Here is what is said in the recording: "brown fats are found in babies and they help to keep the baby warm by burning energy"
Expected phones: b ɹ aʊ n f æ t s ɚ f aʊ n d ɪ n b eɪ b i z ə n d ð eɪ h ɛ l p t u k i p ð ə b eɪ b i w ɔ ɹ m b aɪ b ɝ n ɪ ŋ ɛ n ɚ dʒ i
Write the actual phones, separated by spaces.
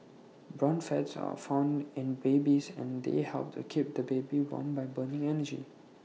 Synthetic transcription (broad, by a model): b ɹ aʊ n f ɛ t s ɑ f aʊ n d ɪ n b eɪ b i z ə n d eɪ h ɛ l p t u k i p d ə b eɪ b i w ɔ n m b aɪ b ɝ n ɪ ŋ ɛ n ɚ dʒ i